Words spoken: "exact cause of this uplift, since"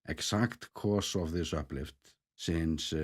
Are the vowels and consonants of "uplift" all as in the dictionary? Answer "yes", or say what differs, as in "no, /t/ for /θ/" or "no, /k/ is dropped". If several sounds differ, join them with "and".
yes